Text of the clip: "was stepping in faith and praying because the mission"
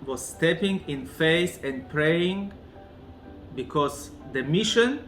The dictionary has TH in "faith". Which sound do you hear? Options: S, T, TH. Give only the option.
S